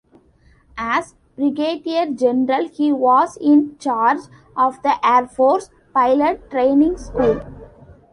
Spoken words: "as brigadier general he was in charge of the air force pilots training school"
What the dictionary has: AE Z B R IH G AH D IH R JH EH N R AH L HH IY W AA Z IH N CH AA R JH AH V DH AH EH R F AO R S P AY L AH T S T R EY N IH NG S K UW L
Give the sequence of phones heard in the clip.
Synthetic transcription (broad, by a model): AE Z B R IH G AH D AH R JH EH N R AH L HH IY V AA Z IH N CH AA R JH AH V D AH EH R F AO R S P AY L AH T T R EY N IH NG S K UW L